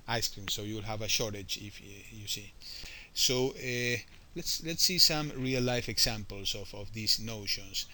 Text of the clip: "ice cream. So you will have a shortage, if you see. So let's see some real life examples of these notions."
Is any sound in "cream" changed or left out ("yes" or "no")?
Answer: no